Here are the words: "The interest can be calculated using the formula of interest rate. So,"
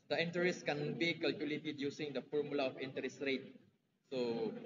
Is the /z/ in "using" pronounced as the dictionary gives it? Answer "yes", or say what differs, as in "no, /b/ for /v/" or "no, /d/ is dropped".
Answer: no, /s/ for /z/